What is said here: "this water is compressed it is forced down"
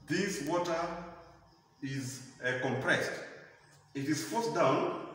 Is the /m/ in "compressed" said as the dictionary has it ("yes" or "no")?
yes